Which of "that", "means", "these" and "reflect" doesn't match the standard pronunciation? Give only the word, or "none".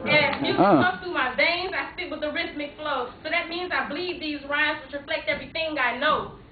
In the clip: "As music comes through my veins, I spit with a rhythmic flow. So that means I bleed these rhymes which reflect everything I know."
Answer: none